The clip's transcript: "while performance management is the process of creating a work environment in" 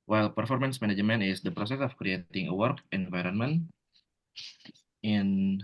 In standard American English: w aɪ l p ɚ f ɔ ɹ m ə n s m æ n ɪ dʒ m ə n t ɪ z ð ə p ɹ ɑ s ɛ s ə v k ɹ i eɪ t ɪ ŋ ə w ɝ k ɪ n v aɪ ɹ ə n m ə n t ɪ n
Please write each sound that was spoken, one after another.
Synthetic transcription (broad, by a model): w aɪ l p ɚ f ɔ ɹ m ə n s m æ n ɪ dʒ m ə n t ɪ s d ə p ɹ ɑ s ɛ s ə f k ɹ i eɪ t ɪ ŋ ə w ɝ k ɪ n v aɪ ɹ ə n m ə n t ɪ n